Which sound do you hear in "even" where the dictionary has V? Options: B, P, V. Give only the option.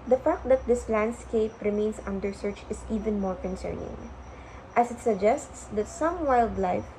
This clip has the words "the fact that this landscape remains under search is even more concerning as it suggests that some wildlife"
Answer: V